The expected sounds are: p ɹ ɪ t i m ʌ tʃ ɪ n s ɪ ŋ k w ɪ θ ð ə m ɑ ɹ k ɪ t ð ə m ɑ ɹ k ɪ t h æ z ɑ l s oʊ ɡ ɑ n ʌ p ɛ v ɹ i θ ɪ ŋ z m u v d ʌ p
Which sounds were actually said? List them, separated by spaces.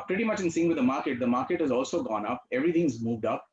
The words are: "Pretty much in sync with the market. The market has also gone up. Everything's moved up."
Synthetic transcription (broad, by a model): p ɹ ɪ t i m ʌ tʃ ɪ n s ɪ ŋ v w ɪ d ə m ɑ ɹ k ɪ t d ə m ɑ ɹ k ɪ t h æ z ɑ l s oʊ ɡ ɑ n ʌ p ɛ v ɹ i t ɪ ŋ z m u v d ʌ p